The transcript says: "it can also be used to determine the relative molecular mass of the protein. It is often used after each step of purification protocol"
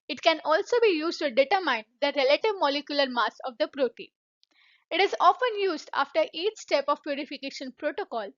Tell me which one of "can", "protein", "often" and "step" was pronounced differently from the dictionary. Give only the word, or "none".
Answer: protein